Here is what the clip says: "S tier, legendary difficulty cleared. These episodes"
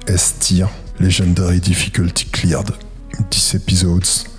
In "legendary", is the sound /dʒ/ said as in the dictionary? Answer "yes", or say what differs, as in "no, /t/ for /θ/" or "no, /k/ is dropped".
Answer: no, /ʒ/ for /dʒ/